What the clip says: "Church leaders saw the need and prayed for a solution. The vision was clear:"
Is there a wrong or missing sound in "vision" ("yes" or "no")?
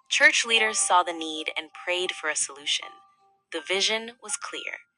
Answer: no